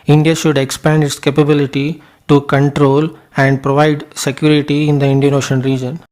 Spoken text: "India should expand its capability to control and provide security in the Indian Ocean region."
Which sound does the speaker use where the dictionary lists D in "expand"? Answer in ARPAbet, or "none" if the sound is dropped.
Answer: D